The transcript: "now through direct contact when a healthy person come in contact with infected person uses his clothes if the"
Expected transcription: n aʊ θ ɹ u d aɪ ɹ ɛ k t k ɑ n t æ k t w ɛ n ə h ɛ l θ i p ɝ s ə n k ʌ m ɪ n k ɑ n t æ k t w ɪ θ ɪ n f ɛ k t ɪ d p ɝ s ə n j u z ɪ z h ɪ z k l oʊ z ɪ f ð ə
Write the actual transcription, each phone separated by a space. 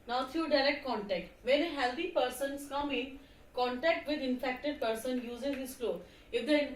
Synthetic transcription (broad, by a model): n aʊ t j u d aɪ ɹ ɛ k t k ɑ n t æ k t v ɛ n ə h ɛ l t i p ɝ s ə n k ʌ m ɪ n k ɑ n t æ k t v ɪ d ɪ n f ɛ k t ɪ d p ɝ s ə n j u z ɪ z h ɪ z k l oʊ ɪ f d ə